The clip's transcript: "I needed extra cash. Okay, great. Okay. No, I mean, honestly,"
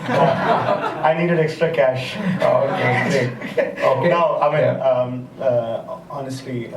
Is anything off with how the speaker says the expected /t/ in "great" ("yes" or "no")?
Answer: yes